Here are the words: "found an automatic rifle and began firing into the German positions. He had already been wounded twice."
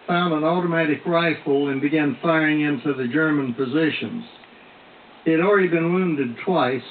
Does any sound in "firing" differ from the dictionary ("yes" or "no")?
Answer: no